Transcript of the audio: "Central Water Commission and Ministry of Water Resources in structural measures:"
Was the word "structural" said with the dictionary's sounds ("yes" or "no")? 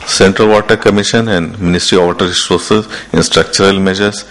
yes